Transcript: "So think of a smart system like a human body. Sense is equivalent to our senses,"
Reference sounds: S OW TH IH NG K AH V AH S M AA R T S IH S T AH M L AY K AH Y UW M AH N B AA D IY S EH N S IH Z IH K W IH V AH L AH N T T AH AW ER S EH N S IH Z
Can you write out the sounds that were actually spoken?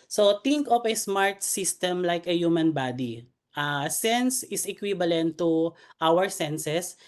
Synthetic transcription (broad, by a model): S OW T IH NG K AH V AH S M AA R T S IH S T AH M L AY K AH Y UW M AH N B AA D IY S EH N S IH S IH K W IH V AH L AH N T T AW ER S EH N S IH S